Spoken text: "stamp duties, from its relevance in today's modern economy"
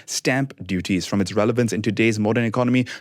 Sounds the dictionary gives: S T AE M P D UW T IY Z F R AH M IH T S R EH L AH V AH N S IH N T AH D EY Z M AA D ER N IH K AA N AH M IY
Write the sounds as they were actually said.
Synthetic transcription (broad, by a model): S T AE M P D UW T IY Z F R AH M IH T S R EH L AH V AH N S IH N T AH D EY Z M AA D ER N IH K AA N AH M IY